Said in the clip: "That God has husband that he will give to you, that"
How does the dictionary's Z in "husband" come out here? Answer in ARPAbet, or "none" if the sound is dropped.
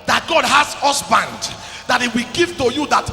S